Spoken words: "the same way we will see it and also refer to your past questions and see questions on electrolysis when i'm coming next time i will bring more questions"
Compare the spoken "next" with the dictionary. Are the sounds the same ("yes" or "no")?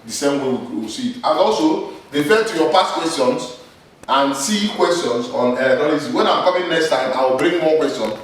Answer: yes